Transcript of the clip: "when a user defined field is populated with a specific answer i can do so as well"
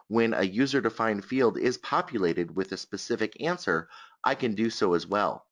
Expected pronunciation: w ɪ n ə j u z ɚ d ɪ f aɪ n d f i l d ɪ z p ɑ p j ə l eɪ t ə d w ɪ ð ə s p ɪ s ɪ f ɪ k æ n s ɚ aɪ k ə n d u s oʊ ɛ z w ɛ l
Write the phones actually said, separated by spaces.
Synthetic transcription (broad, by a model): w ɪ n ə j u z ɚ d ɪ f aɪ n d f i l d ɪ z p ɑ p j ə l eɪ t ə d w ɪ ð ə s p ɪ s ɪ f ɪ k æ n s ɚ aɪ k ə n d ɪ s oʊ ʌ z w ɛ l